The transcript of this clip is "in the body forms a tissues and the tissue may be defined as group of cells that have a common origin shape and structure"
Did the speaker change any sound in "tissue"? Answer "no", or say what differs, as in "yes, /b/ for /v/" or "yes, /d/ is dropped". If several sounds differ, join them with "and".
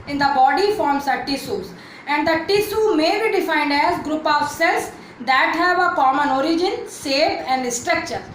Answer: yes, /s/ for /ʃ/